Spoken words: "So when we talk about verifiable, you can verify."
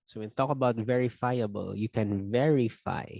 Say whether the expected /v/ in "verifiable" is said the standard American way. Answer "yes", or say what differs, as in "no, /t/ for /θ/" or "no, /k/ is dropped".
yes